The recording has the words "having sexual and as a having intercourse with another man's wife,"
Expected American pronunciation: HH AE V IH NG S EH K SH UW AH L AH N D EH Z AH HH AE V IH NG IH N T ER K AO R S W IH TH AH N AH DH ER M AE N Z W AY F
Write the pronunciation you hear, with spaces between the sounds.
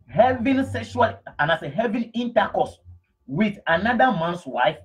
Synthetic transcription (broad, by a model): HH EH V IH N S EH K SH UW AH L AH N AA S AH HH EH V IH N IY N T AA K AO S W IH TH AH N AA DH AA M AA N S W AY F